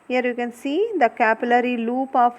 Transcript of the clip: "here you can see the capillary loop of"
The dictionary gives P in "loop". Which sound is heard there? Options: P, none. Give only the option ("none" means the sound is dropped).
P